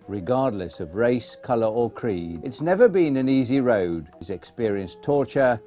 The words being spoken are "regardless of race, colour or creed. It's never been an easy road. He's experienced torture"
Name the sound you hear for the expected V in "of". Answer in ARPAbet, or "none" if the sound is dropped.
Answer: V